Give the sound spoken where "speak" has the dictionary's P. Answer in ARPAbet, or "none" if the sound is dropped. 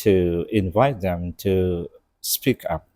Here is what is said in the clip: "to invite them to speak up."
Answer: P